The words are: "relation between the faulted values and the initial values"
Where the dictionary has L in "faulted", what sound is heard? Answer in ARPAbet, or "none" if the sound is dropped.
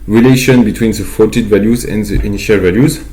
none